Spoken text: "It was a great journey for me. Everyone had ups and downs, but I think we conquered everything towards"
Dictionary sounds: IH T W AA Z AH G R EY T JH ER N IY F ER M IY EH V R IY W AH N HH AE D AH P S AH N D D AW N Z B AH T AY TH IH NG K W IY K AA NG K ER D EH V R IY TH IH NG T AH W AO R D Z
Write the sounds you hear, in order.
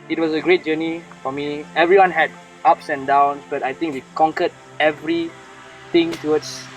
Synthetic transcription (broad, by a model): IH T W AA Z AH G R EY T JH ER N IY F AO M IY EH V R IY W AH N HH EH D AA P S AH N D D AW N S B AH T AY T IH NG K W IY K AA NG K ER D EH V R IY T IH NG T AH W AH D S